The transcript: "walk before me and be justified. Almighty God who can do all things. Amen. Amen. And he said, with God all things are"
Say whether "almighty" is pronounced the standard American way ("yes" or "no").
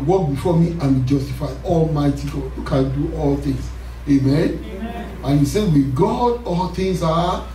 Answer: yes